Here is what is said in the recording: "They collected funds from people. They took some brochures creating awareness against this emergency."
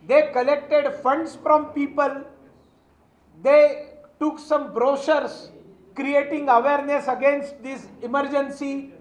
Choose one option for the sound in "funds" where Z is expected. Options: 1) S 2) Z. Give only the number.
1